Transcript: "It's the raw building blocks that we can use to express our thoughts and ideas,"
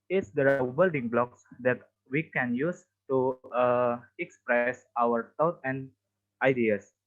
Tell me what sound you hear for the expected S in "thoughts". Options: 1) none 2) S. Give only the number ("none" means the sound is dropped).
1